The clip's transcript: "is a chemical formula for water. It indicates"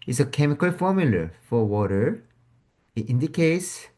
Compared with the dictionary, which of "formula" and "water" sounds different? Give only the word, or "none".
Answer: none